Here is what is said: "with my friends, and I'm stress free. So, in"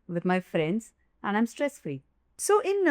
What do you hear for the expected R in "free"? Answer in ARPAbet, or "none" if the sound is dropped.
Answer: L